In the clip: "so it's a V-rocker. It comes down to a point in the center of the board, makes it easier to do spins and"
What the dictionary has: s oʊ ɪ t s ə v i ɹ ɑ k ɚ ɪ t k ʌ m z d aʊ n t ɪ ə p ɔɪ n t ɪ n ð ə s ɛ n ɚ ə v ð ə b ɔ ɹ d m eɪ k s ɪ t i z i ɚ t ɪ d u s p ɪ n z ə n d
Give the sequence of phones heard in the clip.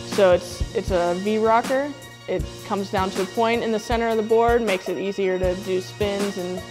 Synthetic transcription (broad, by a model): s oʊ ɪ t s ə v i ɹ ɑ k ɚ ɪ t k ʌ m z d aʊ n t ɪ ə p ɔɪ n t ɪ n ð ə s ɛ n ɚ ə v ð ə b ɔ ɹ d m eɪ k s ɪ t i z i ɚ t ɪ d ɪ s p ɪ n z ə n